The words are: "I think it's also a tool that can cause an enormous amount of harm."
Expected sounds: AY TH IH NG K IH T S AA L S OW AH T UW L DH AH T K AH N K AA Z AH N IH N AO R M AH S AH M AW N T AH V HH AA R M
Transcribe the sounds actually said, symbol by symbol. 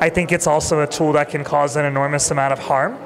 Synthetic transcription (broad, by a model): AY TH IH NG K IH T S AA L S OW AH T UW L DH AH T K AH N K AA Z AH N IH N AO R M AH S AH M AW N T AH V HH AA R M